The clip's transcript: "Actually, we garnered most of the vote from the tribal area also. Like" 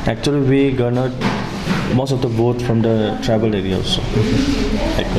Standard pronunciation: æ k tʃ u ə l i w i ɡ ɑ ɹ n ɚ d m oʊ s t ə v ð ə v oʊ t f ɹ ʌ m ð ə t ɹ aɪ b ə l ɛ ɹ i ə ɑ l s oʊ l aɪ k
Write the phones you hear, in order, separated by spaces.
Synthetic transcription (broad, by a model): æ k tʃ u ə l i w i ɡ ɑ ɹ n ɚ m oʊ s t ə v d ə b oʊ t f ɹ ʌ m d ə t ɹ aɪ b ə l ɛ ɹ i ə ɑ s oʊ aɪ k